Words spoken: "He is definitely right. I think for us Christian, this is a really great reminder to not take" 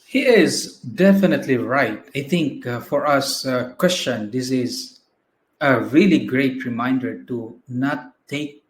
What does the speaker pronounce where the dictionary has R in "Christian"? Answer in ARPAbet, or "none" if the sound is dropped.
W